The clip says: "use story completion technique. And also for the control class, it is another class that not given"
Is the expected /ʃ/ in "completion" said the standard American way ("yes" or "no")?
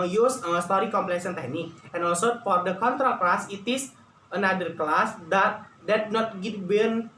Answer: no